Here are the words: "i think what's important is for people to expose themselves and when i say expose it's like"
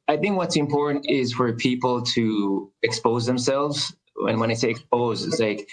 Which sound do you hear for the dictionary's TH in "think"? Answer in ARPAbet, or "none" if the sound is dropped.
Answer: TH